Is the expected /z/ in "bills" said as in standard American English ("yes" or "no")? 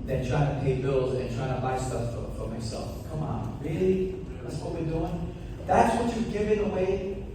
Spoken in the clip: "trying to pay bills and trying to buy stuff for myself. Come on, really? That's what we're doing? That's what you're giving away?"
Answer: yes